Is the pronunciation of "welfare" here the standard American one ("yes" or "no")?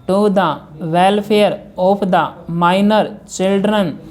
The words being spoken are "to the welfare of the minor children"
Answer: no